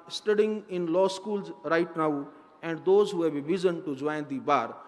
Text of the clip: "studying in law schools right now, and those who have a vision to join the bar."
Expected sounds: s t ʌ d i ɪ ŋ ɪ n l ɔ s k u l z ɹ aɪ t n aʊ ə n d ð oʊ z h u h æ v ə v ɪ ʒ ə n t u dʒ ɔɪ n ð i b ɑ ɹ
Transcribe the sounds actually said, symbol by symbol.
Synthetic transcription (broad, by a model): s t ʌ d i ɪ ŋ ɪ n l ɔ s k u l z ɹ aɪ t n aʊ ə n d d oʊ z h u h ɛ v ə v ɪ z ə n t u dʒ ɔɪ n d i b ɑ ɹ